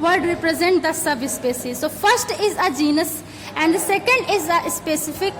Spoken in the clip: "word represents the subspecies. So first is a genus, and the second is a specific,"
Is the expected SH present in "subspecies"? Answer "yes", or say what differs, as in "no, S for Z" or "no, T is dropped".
no, S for SH